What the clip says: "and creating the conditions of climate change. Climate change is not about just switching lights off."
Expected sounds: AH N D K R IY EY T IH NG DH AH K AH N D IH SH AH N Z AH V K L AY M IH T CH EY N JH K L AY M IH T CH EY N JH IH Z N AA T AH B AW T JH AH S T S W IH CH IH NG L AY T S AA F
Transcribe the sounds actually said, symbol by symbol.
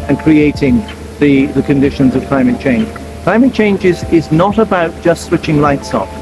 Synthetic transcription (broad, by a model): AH N K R IY EY T IH NG DH AH K AH N D IH SH AH N Z AH V K L AY M IH T CH EY N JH K L AY M IH T CH EY N JH IH Z N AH T AH B AW T JH AH S T S W IH CH IH NG L AY T S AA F